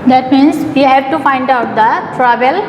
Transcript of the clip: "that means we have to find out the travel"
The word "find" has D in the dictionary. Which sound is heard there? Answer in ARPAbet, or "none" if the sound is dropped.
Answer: D